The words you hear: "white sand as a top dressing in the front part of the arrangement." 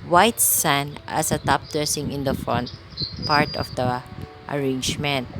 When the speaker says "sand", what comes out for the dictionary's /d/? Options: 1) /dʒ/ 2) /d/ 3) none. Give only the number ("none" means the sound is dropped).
3